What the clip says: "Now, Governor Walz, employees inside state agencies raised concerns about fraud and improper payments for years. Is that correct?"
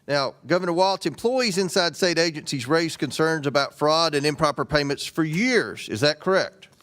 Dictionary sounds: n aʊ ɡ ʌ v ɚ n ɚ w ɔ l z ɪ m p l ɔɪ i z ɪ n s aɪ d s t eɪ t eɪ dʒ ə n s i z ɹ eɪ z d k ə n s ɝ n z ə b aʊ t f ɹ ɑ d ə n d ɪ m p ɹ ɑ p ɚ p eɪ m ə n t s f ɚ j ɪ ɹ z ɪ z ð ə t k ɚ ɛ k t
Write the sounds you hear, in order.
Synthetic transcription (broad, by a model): n aʊ ɡ ʌ v ɚ n ɚ w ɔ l s ɪ m p l ɔɪ i z ɪ n s aɪ d s t eɪ t eɪ dʒ ə n s i z ɹ eɪ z k ə n s ɝ n z ə b aʊ t f ɹ ɑ d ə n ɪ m p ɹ ɑ p ɚ p eɪ m ə n t s f ɚ j ɪ ɹ z ɪ z ð ə t k ɚ ɛ k t